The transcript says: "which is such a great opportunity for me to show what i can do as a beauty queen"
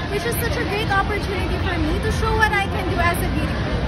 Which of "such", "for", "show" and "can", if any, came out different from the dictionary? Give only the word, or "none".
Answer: none